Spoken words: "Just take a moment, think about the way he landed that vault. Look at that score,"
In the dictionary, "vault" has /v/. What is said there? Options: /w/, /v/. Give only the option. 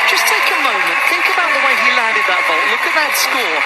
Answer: /w/